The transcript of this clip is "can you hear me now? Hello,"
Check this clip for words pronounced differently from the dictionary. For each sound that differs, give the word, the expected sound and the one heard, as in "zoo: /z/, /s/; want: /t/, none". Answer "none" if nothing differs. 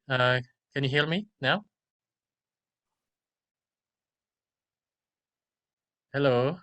hear: /ɹ/, /l/